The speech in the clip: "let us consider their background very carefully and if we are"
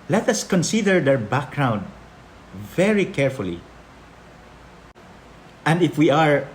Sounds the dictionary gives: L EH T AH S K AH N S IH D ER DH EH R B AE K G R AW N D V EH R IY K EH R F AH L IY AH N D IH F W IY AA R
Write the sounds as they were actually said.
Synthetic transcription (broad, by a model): L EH T AH S K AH N S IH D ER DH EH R B AE K G R AW N D V EH R IY K EH R F AH L IY AH N D IH F W IY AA R